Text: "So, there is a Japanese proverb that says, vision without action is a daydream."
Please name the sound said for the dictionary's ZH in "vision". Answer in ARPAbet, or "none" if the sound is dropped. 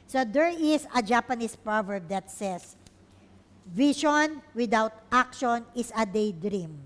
SH